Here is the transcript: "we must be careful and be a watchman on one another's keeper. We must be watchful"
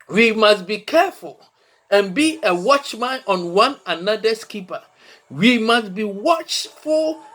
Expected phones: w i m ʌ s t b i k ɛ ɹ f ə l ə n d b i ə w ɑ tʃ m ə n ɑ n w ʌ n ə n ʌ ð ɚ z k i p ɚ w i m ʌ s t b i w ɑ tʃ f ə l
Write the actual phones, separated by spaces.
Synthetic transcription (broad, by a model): w i m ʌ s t b i k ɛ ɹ f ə l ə n b i ə w ɑ tʃ m ə n ɑ n w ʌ n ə n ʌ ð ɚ s k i p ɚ w i m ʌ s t b i w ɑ tʃ f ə l